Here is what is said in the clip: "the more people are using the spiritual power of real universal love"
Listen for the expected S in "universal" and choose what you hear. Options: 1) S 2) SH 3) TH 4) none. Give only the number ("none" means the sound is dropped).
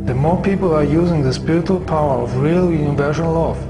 2